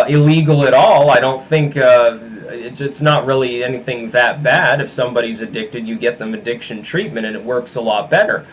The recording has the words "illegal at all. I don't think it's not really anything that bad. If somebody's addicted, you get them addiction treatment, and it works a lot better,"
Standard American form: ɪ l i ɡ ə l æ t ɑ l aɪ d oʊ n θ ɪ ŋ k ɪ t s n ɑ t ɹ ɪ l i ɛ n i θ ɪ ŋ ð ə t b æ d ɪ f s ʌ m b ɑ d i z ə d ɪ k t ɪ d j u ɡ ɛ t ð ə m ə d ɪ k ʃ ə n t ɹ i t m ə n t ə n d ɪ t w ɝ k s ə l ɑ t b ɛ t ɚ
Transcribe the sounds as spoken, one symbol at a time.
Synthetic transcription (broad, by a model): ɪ l i ɡ l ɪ t ɑ l aɪ d oʊ n θ ɪ ŋ k ɪ t s n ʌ t ɹ ɪ l i ɛ n i θ ɪ ŋ ð ə t b æ d ɪ f s ʌ m b ɑ d i z ə d ɪ k t ɪ d j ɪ ɡ ɛ t ð ə m ə d ɪ k ʃ ə n t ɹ i t m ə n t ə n ɪ t w ɝ k s ə l ɑ t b ɛ t ɚ